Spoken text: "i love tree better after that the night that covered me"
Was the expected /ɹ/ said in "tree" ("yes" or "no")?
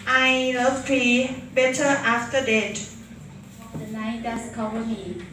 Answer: no